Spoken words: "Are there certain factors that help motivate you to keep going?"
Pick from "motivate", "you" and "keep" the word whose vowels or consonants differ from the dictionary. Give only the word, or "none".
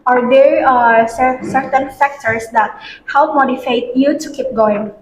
motivate